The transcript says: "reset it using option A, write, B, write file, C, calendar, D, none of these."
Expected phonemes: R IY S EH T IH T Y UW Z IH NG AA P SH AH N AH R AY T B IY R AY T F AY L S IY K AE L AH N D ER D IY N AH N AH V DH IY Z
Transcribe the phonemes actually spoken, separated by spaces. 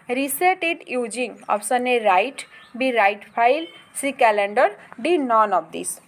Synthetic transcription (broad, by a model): R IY S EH T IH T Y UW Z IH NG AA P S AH N AH R AY T B IY R AY T P AY L S IY K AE L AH N D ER D IY N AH N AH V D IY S